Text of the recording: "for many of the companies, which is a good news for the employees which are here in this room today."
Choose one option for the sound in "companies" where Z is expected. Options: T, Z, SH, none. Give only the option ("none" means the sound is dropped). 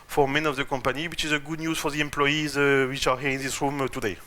none